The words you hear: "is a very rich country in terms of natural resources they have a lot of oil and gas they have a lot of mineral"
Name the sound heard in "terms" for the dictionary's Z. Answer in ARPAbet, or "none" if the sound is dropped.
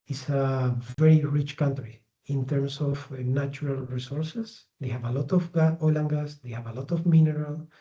S